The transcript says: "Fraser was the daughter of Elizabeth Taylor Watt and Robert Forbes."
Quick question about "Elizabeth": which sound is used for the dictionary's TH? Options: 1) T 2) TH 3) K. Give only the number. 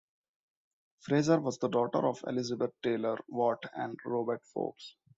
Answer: 1